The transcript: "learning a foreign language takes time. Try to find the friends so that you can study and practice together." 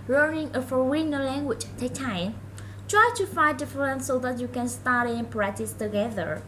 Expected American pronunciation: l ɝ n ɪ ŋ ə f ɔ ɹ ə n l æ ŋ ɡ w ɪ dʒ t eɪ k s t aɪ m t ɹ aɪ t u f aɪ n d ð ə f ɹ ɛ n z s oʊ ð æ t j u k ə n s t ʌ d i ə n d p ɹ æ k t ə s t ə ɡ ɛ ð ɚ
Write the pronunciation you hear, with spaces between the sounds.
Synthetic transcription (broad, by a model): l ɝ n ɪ ŋ ə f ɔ w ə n l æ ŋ ɡ w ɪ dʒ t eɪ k t aɪ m t ɹ aɪ t u f aɪ n d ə f ɹ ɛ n s oʊ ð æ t j u k ə n s t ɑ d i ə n p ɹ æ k t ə s t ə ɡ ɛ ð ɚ